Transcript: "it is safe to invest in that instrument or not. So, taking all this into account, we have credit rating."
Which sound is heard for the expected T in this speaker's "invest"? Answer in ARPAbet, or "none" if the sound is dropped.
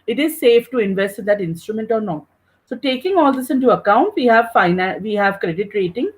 T